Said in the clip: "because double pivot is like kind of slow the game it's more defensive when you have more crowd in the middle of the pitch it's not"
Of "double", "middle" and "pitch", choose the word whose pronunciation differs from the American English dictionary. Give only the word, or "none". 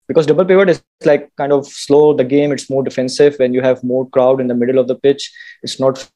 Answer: none